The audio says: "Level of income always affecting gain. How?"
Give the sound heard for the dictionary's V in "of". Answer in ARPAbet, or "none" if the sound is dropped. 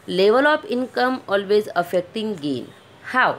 P